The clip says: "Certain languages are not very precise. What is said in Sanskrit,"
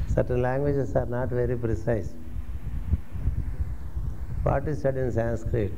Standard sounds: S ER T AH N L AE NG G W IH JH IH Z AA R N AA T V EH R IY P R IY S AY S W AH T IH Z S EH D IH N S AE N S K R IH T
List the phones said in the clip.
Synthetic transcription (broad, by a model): S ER T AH N L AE NG G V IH JH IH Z AA R N AA T V EH R IY P R IY S AY S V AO T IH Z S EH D IH N S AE N S K R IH T